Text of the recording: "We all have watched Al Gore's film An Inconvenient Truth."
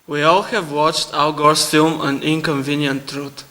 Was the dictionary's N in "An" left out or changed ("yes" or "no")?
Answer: no